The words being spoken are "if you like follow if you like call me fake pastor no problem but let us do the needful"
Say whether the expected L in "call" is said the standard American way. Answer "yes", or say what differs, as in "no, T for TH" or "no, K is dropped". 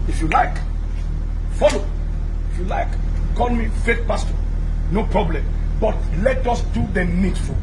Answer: no, N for L